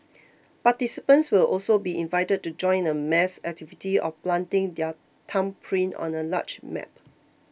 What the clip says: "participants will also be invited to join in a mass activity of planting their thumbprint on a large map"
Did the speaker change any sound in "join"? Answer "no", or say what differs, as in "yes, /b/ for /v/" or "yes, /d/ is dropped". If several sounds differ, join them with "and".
yes, /n/ is dropped